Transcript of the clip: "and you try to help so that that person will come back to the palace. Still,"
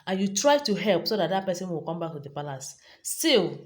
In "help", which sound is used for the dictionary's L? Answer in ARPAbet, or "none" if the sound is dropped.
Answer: L